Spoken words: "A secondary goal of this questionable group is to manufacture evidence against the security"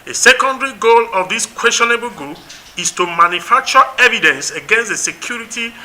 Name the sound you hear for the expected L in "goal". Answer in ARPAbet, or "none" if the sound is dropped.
L